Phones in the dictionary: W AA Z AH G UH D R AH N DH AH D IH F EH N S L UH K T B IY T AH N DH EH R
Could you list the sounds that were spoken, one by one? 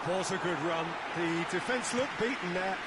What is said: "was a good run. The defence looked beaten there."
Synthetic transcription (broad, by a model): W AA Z AH G UH D R AH N DH AH D IH F EH N S L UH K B IY T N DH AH